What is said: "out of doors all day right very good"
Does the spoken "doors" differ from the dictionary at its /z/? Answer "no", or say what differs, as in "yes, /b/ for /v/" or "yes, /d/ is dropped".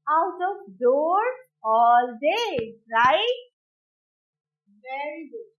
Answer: yes, /z/ is dropped